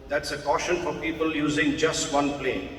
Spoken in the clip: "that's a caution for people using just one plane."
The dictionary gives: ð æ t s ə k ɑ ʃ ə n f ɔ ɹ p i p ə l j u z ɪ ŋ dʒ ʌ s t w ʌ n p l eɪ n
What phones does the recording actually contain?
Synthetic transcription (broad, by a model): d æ t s ə k ɑ ʃ ə n f ɔ ɹ p i p ə l j u z ɪ ŋ dʒ ʌ s t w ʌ n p l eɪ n